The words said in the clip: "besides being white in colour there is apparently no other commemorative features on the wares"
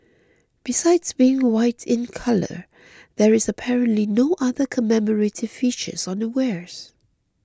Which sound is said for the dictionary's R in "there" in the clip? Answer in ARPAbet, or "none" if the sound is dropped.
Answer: R